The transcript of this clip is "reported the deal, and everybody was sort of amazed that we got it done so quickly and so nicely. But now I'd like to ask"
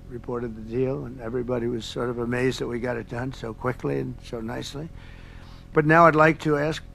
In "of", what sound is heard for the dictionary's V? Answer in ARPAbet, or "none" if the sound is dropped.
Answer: V